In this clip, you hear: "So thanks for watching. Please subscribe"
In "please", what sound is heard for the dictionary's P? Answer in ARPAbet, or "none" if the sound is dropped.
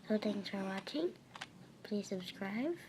P